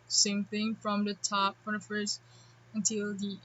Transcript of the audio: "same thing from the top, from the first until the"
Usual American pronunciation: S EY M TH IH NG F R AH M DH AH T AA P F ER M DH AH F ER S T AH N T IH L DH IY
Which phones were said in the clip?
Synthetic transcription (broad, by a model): S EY M TH IH NG F R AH M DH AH T AA P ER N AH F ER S AH N T IH L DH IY